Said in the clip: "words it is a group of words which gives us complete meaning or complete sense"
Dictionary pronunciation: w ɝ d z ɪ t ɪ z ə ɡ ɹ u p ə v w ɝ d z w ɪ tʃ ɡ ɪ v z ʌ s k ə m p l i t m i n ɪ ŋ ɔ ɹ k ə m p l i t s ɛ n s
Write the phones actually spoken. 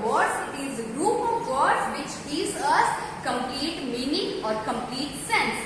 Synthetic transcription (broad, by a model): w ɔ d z ɪ t ɪ z ɡ ɹ u p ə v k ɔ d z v ɪ tʃ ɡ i z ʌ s k ə m p l i t m i n ɪ ŋ ɔ ɹ k ə m p l i t s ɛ n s